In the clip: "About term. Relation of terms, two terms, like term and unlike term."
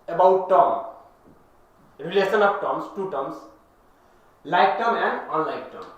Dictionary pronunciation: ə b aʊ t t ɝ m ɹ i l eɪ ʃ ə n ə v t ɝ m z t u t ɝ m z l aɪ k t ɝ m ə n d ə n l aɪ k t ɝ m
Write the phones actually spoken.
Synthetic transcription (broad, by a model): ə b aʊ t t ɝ ɹ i l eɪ s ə n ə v t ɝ m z t u t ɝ m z l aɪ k t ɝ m ə n d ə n l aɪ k t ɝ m